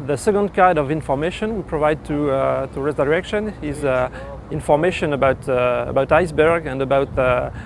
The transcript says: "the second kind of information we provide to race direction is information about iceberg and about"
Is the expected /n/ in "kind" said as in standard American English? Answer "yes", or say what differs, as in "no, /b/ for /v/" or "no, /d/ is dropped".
no, /n/ is dropped